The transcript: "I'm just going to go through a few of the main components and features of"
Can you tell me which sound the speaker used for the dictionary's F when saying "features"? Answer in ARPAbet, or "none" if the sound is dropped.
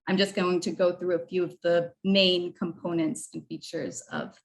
F